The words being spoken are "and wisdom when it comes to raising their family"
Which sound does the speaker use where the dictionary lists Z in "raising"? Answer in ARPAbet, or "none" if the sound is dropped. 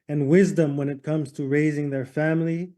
Z